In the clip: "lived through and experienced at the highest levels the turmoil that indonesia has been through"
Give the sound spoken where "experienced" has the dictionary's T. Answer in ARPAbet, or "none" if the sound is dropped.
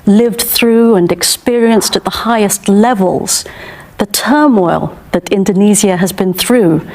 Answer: T